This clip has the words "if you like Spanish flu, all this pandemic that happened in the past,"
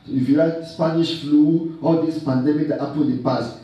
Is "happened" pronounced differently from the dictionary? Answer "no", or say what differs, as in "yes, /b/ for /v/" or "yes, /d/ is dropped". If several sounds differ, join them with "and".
yes, /n/ is dropped